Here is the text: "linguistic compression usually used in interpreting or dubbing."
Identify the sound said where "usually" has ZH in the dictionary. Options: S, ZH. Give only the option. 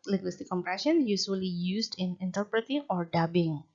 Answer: S